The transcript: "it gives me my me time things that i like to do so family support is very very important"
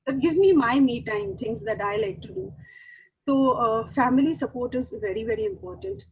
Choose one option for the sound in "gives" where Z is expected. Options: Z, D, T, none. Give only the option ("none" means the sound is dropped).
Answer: none